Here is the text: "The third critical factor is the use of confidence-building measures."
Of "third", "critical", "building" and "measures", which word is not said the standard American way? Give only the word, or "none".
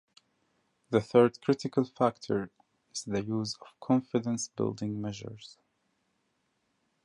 none